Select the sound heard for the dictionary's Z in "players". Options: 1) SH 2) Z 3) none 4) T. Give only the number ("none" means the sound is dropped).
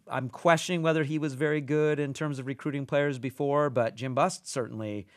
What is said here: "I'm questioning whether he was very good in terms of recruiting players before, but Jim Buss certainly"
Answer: 2